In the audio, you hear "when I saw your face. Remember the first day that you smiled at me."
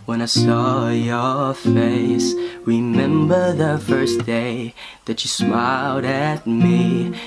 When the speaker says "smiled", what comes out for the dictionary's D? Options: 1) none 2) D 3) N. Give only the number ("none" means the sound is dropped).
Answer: 2